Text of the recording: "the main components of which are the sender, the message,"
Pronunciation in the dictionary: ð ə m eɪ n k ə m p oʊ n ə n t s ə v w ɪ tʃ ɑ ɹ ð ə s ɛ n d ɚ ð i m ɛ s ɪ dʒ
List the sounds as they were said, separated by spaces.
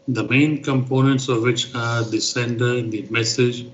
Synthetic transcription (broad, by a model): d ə m eɪ n k ə m p oʊ n ə n t s ə v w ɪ tʃ ɑ ɹ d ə s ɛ n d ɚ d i m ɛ s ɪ dʒ